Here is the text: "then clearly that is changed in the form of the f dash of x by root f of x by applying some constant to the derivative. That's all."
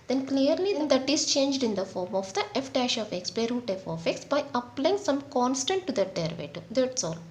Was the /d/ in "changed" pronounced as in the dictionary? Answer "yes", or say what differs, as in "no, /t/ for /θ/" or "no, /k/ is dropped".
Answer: yes